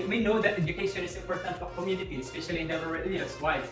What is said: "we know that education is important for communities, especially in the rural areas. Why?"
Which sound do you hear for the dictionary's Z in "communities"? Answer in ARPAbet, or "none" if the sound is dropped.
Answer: none